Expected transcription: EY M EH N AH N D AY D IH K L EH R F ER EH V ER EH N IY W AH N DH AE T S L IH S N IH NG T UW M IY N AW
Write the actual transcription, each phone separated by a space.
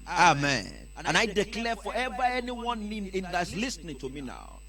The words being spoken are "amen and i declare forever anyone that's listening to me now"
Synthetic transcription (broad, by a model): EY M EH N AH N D AY D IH K L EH F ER EH V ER EH N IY W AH N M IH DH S L IH S N IH NG T UW M IY N AW